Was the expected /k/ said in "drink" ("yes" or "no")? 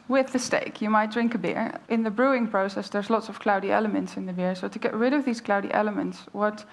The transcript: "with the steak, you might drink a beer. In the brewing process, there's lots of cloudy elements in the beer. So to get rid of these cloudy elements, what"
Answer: yes